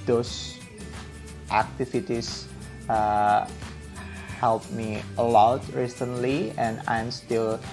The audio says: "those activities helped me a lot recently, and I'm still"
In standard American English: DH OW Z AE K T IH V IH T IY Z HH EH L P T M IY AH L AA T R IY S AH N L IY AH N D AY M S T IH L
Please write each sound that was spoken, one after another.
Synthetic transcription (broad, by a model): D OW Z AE K T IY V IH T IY S HH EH L P M IY AH L AA T R IY S AH N L IY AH N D AY M S T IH L